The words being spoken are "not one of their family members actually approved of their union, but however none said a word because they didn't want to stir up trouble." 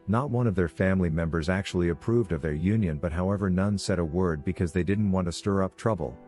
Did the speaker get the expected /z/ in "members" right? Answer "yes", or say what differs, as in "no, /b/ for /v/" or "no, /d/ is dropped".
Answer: yes